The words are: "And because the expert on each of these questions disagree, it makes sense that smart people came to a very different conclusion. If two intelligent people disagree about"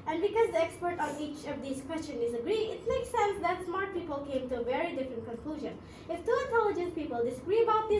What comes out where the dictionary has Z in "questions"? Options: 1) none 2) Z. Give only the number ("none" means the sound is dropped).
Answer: 1